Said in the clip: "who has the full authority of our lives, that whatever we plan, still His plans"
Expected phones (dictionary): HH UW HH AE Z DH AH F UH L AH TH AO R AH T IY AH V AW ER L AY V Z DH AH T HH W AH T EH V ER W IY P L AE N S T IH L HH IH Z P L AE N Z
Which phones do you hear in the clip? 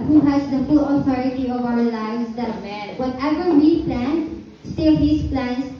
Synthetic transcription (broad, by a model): HH UW HH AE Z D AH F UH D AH T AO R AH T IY AH V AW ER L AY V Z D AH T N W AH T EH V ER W IY P L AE N S T IH L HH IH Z P L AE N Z